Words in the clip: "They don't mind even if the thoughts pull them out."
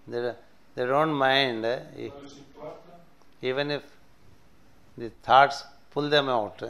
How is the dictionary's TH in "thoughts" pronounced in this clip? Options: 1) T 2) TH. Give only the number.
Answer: 1